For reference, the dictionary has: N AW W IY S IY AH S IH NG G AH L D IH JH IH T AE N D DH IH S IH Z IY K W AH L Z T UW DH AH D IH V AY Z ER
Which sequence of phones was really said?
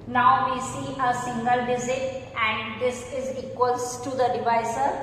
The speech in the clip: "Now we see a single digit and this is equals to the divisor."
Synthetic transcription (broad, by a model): N AW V IY S IY AH S IH NG G AH L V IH Z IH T AE N D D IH S IH Z IY K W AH L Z T UW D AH D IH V AY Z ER